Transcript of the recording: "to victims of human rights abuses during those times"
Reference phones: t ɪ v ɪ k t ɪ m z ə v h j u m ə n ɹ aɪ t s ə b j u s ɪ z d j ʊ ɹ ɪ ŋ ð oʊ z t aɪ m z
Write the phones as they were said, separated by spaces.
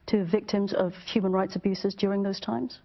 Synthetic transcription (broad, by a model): t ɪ v ɪ k t ɪ m z ə v h j u m ə n ɹ aɪ t s ə b j u s ɪ z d j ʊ ɹ ɪ ŋ ð oʊ z t aɪ m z